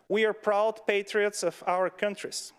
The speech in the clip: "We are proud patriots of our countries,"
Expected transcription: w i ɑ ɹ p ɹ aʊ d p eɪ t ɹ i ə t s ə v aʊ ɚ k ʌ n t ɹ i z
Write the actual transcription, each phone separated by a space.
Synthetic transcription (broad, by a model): w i ɑ ɹ p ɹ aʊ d p eɪ t ɹ i ə t s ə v aʊ ɚ k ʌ n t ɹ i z